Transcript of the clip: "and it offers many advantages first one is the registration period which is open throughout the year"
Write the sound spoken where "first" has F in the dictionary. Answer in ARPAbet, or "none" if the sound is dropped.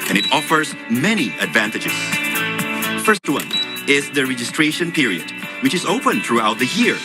F